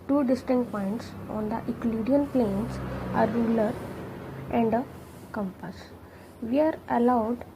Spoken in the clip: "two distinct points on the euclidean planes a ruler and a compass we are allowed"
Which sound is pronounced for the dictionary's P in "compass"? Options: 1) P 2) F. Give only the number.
1